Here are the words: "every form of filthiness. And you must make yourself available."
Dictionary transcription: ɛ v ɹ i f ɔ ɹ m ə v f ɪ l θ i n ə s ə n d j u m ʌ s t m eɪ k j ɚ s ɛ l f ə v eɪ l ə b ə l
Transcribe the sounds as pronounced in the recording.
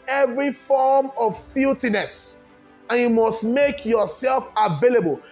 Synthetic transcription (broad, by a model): ɛ v ɹ i f ɔ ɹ m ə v f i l t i n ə s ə n j u m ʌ s t m eɪ k j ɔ s ɛ l f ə v eɪ l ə b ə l